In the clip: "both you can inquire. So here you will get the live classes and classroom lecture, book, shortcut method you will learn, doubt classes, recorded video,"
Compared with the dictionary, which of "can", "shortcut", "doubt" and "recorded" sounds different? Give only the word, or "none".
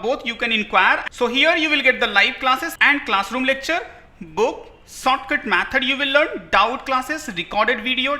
shortcut